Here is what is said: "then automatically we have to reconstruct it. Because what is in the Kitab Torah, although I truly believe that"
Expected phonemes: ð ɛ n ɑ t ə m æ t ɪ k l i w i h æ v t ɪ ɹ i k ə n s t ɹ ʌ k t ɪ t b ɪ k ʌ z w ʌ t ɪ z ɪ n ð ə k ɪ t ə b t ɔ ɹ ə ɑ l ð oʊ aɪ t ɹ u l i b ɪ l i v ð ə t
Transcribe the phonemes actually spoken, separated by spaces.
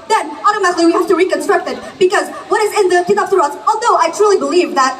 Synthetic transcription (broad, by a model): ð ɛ n ɑ t ə m æ t ɪ k l i w i h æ f t ɪ ɹ i k ə n s t ɹ ʌ k t ɪ t b ɪ k ʌ z w ʌ t ɪ z ɪ n ð ə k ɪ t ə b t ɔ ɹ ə ɑ l ð oʊ aɪ t ɹ u l i b ɪ l i v ð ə t